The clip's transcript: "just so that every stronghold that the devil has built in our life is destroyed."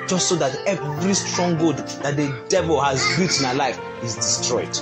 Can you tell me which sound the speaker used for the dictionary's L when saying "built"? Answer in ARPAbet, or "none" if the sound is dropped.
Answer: none